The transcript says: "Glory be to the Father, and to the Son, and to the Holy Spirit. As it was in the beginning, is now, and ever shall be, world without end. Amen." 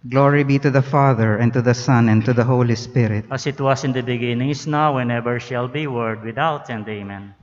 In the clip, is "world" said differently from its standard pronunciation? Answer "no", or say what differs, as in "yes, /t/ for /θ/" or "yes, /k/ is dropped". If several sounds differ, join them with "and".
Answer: yes, /l/ is dropped